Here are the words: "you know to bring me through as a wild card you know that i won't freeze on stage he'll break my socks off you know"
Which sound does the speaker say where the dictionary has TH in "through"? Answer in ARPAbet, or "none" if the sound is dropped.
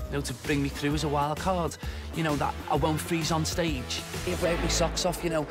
TH